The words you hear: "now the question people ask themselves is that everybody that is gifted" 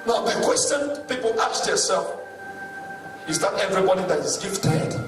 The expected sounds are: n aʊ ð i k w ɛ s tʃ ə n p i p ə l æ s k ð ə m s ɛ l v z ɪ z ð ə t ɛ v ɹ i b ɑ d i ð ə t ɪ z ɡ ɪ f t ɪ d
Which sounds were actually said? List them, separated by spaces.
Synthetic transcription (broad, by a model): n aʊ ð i k w ɛ s tʃ ə n p i p ə l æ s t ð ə s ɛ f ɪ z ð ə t ɛ v ɹ i b ɑ d i ð ə t ɪ z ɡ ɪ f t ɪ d